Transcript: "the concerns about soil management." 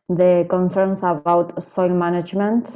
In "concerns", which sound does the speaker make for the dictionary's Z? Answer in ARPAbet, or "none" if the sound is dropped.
S